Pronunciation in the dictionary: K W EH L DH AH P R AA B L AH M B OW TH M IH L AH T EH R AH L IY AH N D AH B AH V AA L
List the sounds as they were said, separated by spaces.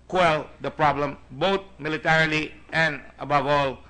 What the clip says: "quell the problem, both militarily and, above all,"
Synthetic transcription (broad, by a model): K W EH L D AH P R AA B L AH M B OW T M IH L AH T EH R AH L IY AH N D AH B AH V AA L